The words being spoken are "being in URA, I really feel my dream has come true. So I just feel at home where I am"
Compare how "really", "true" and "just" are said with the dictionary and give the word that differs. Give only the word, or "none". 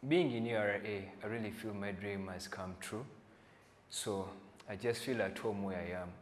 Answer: none